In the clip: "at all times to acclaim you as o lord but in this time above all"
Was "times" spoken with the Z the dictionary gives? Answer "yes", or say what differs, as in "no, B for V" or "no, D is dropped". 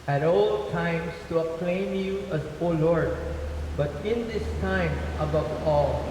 no, S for Z